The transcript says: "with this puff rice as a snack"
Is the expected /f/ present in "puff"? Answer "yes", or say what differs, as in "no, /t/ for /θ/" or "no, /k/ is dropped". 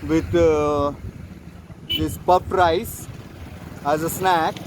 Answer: no, /p/ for /f/